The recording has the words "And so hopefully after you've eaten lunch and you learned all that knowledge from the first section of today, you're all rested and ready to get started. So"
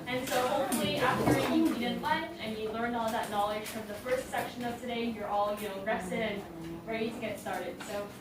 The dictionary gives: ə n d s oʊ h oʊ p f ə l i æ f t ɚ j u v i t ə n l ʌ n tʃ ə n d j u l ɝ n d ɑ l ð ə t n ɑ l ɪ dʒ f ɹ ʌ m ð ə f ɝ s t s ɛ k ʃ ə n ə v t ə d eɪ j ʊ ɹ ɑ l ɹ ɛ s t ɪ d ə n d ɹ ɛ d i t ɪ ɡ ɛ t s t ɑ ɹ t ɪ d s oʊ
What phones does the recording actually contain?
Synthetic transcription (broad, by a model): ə n s oʊ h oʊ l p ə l i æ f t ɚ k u i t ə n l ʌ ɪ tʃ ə n j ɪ l ɝ n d ɑ l ð ə t n ɑ l ɪ dʒ f ɹ ʌ m ð ə f ɝ s t s ɛ k ʃ ə n ə v t ə d eɪ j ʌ ɹ ɑ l ɹ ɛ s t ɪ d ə n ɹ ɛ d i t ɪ ɡ ɛ t s t ɑ ɹ t ɪ d s oʊ